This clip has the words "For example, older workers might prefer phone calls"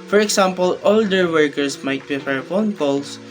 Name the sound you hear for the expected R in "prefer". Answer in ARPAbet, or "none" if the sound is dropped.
none